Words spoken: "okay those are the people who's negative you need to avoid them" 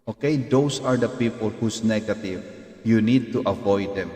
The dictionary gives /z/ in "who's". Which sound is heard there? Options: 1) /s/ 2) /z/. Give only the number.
1